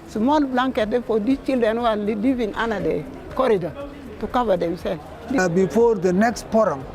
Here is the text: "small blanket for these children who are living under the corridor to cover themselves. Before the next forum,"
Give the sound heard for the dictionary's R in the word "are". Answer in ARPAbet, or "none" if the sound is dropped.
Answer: L